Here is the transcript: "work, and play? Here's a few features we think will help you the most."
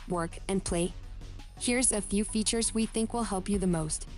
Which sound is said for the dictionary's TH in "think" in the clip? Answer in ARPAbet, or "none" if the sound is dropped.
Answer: TH